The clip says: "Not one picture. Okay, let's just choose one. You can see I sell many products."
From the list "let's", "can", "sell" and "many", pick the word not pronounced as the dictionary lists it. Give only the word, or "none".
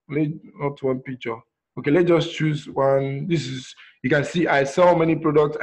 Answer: let's